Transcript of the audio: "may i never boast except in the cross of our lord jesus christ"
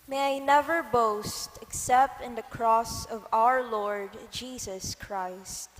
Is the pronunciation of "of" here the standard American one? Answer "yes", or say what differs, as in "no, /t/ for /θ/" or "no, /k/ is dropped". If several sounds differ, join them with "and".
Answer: yes